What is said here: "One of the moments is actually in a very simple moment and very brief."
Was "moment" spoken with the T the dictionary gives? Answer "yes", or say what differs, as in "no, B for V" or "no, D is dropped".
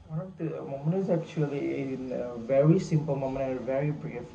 no, T is dropped